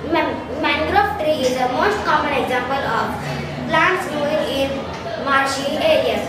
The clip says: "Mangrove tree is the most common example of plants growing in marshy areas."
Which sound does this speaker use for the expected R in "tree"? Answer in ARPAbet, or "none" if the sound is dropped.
R